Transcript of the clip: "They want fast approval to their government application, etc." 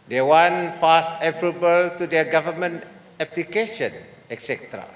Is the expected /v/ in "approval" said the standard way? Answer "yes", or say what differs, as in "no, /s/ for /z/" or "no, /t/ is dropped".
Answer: no, /b/ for /v/